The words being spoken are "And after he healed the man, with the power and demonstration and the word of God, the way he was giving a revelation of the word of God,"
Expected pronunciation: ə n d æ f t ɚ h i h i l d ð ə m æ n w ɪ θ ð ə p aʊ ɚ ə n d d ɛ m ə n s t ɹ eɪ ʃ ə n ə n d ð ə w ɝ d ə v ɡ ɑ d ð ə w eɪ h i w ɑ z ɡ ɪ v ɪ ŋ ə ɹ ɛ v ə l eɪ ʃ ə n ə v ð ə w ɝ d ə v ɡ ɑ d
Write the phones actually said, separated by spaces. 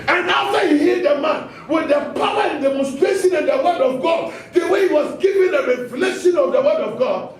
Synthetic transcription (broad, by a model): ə n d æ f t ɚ h i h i d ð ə m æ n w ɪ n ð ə p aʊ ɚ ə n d d ɛ m ə n s t ɹ eɪ ʃ ə n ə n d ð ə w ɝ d ə v ɡ ɑ d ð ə w eɪ h i w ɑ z ɡ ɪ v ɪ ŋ ə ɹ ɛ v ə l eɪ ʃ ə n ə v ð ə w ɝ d ə v ɡ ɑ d